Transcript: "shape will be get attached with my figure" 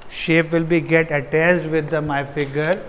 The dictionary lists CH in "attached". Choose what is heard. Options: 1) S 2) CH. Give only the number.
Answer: 1